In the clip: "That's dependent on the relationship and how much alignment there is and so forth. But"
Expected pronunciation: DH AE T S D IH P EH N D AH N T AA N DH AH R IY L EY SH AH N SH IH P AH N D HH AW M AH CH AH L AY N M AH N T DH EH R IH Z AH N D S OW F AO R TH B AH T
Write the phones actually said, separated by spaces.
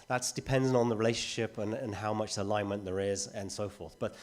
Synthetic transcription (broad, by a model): DH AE T S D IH P EH N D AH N N DH AH R IY L EY SH AH N SH IH P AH N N HH AW M AH CH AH L AY N M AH N DH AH R IH Z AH N S OW F AO R TH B AH T